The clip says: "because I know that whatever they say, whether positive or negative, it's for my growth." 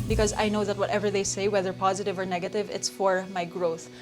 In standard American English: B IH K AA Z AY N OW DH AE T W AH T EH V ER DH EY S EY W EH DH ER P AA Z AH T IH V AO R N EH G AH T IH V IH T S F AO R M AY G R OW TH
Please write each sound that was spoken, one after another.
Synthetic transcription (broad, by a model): B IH K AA Z AY N OW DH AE T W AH T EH V ER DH EY S EY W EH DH ER P AA Z AH T IH V AO R N EH G AH T IH V IH T S F AO R M AY G R OW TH